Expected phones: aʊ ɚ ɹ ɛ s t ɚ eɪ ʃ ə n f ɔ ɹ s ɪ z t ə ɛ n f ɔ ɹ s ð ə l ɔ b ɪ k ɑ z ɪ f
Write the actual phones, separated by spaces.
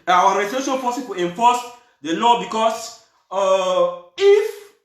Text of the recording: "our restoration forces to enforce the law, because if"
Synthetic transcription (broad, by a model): aʊ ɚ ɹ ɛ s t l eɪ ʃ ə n p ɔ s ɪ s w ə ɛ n f ɔ s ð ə l ɔ b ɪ k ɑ s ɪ f